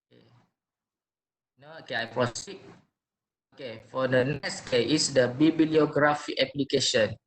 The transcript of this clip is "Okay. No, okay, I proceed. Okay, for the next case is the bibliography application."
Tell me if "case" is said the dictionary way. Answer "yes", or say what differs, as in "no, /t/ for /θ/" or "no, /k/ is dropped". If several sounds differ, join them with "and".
no, /s/ is dropped